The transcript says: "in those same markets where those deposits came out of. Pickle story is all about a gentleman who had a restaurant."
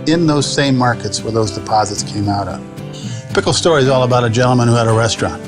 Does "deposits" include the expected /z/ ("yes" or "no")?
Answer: yes